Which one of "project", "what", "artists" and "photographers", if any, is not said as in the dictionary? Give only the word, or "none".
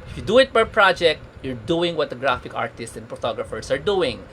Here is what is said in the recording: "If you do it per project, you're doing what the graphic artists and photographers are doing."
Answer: photographers